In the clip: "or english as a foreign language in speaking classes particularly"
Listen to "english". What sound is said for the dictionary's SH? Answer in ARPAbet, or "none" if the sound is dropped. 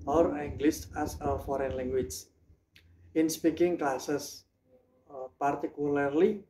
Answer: S